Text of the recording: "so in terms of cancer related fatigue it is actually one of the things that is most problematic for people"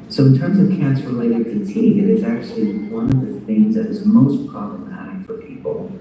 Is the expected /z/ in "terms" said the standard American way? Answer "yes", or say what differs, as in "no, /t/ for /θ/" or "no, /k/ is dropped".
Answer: yes